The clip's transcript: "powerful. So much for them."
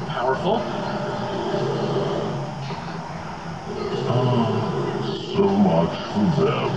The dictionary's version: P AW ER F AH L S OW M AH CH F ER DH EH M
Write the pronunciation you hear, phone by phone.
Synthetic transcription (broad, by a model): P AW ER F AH S OW M AH CH F ER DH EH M